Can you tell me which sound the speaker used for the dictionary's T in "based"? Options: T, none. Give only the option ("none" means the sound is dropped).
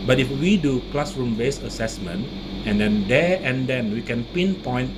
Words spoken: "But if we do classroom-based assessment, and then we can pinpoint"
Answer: none